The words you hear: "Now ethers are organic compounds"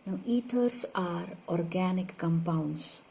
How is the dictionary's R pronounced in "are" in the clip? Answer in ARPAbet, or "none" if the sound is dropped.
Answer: R